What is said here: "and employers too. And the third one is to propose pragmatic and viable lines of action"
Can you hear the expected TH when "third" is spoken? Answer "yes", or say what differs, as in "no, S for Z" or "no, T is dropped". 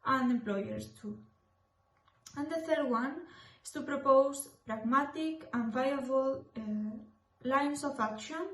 yes